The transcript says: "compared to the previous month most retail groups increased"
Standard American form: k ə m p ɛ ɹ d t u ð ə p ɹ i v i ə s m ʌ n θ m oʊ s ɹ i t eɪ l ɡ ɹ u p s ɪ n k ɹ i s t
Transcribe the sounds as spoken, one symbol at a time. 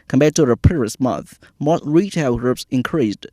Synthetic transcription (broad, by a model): k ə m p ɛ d t u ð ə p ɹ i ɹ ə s m ʌ n θ m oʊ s ɹ i t eɪ l ɡ ɹ u p s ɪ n k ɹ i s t